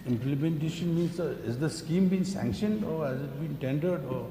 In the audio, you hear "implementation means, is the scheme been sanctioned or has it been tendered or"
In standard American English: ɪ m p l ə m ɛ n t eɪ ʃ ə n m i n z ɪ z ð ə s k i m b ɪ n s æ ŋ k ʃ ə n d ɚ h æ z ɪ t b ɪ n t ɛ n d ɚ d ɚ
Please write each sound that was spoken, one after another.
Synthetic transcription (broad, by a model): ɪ m p l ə m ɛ n t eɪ ʃ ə n m i n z ɪ z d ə s k i m b ɪ n s æ ŋ k ʃ ə n d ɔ h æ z ɪ t b ɪ n t ɛ n d ɚ d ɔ